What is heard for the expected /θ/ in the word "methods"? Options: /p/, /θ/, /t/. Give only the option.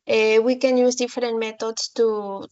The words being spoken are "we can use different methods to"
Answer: /t/